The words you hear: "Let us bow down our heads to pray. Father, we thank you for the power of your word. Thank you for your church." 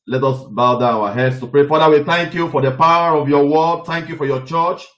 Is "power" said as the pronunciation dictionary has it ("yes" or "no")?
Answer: yes